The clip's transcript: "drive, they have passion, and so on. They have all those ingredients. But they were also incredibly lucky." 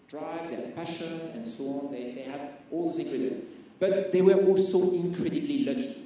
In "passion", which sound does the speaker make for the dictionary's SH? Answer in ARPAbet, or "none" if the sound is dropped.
SH